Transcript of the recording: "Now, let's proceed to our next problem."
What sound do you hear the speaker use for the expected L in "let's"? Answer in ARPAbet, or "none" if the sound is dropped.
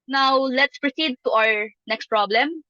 L